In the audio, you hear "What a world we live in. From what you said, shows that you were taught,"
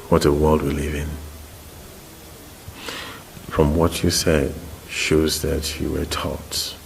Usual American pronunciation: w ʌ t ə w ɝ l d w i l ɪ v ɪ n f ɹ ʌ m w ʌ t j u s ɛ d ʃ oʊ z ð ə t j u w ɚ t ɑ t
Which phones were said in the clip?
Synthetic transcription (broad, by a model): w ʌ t ə w ɝ l d w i l ɪ v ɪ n f ɹ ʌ m w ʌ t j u s ɛ d ʃ oʊ z ð ə t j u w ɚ t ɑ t